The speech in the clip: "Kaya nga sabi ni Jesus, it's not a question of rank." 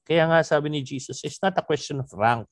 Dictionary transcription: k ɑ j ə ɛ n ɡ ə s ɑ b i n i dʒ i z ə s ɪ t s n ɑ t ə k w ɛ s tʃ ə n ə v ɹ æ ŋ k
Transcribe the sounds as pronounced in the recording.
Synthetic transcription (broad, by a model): k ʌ j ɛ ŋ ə s ɑ b i n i dʒ i s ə s ɪ t s n ɑ t ə k w ɛ s tʃ ə n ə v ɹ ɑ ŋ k